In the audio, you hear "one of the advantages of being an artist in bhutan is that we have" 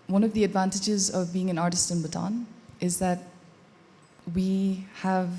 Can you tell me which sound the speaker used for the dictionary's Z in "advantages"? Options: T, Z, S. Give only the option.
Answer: Z